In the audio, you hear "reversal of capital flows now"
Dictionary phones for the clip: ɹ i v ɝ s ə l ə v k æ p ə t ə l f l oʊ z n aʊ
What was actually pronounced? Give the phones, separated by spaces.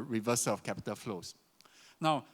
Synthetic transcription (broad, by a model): ɹ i v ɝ s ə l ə f k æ p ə t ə l f l oʊ s n aʊ